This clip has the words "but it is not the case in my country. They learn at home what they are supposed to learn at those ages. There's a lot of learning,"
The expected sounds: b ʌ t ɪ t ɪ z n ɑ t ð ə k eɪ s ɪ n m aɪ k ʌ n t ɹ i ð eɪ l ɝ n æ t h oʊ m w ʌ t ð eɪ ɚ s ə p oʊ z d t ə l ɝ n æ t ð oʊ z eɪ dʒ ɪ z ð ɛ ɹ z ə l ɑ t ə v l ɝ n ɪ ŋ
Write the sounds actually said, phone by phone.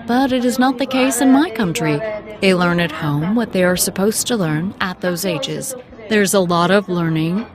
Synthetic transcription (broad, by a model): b ʌ t ɪ t ɪ z n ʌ t ð ə k eɪ s ɪ n m aɪ k ʌ n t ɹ i ð eɪ l ɝ n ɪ t h oʊ m w ʌ t ð eɪ ɚ s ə p oʊ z t ə l ɝ n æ t ð oʊ z eɪ dʒ ɪ z ð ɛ ɹ z ə l ɑ t ə v l ɝ n ɪ ŋ